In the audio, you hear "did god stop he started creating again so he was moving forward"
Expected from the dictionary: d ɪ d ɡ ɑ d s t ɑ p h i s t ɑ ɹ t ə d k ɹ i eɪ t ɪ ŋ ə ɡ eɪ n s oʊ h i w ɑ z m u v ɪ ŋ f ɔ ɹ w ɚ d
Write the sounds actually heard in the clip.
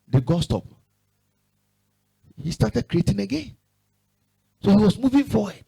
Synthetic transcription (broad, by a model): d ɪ ɡ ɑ s t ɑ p h i s t ɑ t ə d k ɹ i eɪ t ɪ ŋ ə ɡ eɪ n s oʊ h i w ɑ s m u v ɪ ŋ f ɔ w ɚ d